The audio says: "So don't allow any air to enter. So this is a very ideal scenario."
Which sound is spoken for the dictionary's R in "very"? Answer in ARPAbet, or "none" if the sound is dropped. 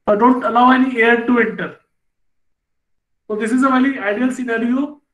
L